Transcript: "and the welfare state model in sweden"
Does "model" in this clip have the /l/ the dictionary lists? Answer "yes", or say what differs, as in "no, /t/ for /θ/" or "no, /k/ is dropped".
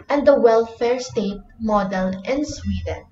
no, /n/ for /l/